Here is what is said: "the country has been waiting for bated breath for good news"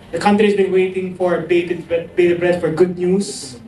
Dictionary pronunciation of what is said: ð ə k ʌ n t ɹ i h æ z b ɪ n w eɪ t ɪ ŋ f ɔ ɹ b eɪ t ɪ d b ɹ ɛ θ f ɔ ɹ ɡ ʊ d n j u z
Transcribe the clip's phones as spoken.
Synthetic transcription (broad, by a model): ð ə k ʌ n t ɹ i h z b ɪ n w eɪ t ɪ ŋ f ɔ ɹ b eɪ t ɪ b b ɹ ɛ t f ɔ ɹ ɡ ʊ d n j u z